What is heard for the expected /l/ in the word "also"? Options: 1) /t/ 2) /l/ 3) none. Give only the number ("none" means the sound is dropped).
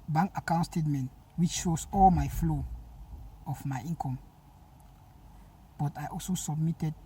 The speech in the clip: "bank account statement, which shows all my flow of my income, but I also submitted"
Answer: 2